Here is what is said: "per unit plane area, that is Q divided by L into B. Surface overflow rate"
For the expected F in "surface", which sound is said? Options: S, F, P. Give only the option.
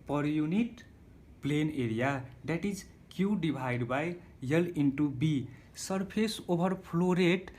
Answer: P